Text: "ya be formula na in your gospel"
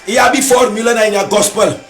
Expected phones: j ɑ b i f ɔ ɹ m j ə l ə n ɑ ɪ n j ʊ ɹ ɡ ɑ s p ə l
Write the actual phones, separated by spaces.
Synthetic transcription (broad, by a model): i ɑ b i f ɔ ɹ m j ə l ə n ɑ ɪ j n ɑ ɡ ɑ s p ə l